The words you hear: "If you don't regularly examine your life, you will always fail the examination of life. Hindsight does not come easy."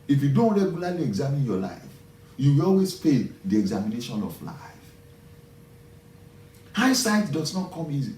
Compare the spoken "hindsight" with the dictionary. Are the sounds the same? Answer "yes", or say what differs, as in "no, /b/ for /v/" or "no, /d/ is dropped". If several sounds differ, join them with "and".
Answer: no, /n/ is dropped